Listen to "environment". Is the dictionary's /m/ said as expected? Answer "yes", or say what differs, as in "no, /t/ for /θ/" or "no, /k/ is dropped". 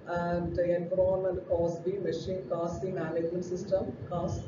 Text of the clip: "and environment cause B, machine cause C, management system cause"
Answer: no, /m/ is dropped